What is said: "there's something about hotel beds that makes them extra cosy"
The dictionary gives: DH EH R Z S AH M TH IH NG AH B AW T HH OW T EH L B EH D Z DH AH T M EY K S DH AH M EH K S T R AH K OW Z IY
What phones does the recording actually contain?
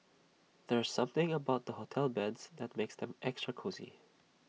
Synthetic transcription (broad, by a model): DH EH R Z S AH M TH IH NG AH B AW T HH OW T EH L B EH D Z DH AH T M EY K S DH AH M EH K S T R AH K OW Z IY